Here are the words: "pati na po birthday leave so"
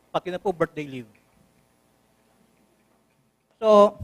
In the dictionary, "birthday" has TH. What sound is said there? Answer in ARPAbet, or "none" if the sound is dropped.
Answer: T